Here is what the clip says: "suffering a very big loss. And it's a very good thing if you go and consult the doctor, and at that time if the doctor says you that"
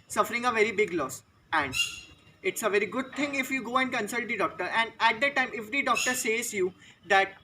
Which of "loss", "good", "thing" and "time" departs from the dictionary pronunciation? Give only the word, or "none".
thing